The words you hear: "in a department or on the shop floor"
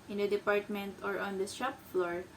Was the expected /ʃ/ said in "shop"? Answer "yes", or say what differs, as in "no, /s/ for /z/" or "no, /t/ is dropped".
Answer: no, /s/ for /ʃ/